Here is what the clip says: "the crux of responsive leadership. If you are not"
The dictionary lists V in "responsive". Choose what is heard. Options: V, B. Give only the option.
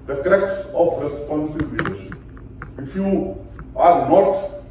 B